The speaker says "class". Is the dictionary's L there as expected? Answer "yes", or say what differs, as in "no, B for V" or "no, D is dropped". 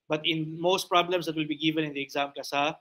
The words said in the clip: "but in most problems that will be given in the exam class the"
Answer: no, L is dropped